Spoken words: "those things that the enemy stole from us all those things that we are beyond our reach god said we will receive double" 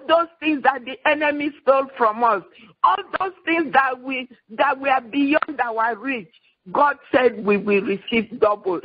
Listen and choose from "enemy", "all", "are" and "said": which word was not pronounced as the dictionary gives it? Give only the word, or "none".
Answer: are